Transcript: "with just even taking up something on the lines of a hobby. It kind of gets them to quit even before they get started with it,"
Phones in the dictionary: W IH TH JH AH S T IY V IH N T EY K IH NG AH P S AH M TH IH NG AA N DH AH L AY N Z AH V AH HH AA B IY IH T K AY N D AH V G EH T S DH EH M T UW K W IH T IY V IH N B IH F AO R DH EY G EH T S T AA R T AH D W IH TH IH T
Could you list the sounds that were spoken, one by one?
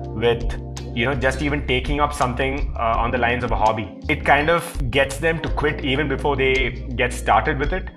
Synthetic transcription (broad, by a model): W IH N JH AH S T IY V IH N T EY K IH NG AH P S AH M T IH NG AA N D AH L AY N Z AH V AH HH AA B IY IH T K AY N D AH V G EH T S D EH M T UW K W IH T IY V IH N B IH F AO R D EY G EH T S T AA R T AH D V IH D IH T